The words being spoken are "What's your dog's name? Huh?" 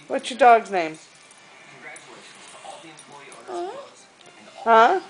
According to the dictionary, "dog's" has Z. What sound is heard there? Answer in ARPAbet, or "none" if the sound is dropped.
none